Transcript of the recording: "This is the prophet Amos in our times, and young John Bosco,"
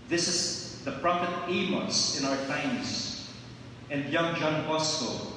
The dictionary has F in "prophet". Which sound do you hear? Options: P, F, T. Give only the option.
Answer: P